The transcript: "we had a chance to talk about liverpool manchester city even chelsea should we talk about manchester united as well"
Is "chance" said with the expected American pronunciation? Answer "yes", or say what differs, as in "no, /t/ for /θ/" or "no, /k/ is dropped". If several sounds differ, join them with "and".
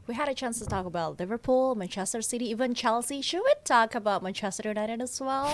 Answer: yes